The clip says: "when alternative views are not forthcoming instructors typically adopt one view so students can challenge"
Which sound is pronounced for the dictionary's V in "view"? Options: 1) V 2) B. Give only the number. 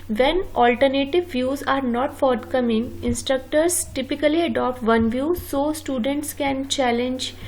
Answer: 1